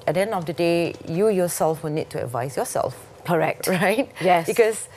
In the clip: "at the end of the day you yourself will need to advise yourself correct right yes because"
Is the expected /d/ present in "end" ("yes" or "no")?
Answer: no